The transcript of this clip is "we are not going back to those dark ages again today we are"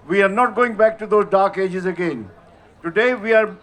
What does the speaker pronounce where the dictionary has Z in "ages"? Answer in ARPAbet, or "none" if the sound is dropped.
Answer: Z